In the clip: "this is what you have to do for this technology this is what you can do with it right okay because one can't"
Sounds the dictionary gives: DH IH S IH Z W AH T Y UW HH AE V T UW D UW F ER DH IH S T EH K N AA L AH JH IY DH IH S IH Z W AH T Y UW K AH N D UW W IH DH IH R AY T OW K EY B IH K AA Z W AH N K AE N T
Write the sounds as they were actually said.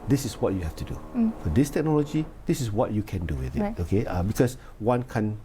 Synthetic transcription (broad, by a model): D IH S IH S W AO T Y UW HH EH F T UW D UW F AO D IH S T EH K N AA L AH JH IY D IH S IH S W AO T Y UW K AH N D UW W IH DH IH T OW K EY B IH K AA S W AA N K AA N